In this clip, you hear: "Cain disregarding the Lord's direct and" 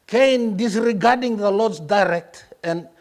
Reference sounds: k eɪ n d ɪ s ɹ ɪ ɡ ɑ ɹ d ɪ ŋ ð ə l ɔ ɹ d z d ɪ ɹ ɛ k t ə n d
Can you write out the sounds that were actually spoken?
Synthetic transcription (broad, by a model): k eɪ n d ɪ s ɹ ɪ ɡ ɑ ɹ d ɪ ŋ ð ə l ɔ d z d ɪ ɹ ɛ k t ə n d